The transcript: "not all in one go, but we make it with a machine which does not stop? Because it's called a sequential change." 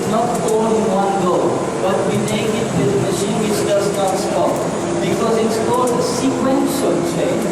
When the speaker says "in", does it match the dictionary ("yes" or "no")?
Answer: no